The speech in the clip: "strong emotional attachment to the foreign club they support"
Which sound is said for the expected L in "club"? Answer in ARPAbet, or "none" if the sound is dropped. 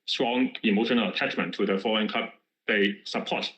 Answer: none